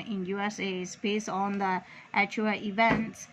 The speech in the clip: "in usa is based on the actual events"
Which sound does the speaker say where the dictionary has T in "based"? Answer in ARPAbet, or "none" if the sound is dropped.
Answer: none